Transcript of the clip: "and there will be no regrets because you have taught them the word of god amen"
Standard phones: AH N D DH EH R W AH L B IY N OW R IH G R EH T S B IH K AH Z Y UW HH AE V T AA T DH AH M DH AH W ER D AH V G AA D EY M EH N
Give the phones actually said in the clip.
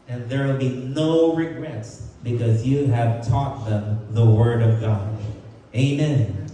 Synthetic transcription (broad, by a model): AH N DH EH R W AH L B IY N OW R IH G R EH T S B IH K AH Z Y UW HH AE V T AA T DH AH M DH AH W ER D AH V G AA D EY M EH N